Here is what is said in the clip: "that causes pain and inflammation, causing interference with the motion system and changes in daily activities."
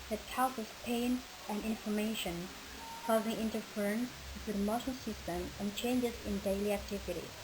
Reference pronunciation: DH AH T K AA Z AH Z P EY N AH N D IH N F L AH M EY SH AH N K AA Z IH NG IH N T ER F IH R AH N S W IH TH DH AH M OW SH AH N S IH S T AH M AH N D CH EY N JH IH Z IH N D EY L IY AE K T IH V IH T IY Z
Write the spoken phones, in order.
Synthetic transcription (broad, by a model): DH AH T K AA S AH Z P EY N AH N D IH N F AH M EY SH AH N K AA Z IH NG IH N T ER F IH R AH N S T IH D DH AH M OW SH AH L S IH S T AH M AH N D CH EY N JH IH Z IH N D EY L IY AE K T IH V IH T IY